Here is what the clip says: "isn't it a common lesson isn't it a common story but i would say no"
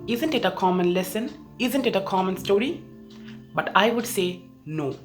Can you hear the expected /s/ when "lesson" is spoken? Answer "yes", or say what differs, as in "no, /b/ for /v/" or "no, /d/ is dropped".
yes